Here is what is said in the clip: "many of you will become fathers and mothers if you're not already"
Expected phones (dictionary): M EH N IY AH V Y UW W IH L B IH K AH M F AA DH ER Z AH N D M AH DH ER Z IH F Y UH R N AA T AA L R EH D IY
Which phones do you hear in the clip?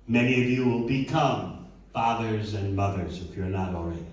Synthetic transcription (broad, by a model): M EH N IY AH V Y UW W IH L B IH K AH M F AA DH ER Z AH N M AH DH ER Z IH F Y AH R N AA T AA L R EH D